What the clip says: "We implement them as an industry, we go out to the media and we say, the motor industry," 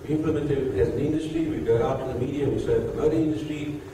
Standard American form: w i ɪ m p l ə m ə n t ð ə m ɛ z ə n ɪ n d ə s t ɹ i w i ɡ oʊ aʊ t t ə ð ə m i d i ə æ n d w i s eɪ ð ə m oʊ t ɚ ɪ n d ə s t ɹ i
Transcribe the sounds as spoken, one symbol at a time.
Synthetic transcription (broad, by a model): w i ɪ m p l ə m ə n t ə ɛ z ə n ɪ n d ə s t ɹ i w i ɡ oʊ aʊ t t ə ð ə m i d i ə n w i s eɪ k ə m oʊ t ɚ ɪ n d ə s t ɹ i